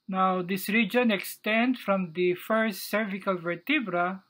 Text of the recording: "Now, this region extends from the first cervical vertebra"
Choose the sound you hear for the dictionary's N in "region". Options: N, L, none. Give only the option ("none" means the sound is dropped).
N